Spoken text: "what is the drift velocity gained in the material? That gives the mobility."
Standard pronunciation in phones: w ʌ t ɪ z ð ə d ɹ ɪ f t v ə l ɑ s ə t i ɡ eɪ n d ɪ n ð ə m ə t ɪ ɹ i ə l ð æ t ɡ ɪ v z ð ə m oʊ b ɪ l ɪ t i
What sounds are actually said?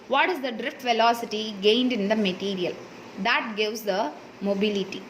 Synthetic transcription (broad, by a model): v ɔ t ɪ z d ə d ɹ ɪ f t v ə l ɑ s ə t i ɡ eɪ n d ɪ n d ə m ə t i ɹ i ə l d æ t ɡ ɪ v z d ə m oʊ b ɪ l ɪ t i